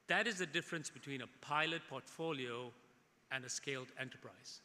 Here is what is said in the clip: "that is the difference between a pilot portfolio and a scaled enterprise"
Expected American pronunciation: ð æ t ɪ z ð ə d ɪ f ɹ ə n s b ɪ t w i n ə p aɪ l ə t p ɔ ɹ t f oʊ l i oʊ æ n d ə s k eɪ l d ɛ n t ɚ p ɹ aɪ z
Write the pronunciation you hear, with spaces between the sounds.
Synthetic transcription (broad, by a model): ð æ t ɪ z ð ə d ɪ f ɹ ə n s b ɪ t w i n ə p aɪ l ə t p ɔ t f oʊ l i oʊ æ n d ə s k eɪ l d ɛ n t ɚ p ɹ aɪ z